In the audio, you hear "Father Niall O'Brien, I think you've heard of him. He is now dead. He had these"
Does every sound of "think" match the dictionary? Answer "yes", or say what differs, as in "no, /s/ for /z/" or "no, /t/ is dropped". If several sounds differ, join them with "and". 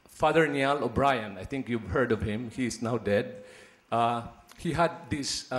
no, /t/ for /θ/